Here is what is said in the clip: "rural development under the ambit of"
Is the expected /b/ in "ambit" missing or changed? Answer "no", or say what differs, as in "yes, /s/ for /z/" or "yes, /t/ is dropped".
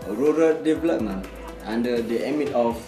yes, /b/ is dropped